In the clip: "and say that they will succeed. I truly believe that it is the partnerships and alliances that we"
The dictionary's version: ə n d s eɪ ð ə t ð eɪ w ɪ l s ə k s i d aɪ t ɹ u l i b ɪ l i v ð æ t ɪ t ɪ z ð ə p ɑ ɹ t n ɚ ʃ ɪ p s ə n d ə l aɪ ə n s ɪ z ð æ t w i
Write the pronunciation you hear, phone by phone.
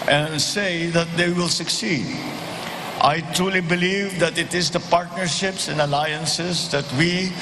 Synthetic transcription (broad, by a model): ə n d s eɪ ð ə t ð eɪ w ɪ l s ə k s i d aɪ t ɹ u l i b ɪ l i v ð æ t ɪ t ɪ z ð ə p ɑ ɹ t n ɚ ʃ ɪ p s ə n d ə l aɪ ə n s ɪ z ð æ t w i